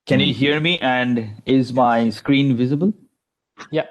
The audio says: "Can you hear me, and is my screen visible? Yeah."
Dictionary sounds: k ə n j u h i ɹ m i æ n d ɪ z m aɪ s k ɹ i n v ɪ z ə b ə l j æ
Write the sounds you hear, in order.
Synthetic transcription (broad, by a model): k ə n j u h i ɹ m i æ n d ɪ z m aɪ s k ɹ i n v ɪ z ə b ə l j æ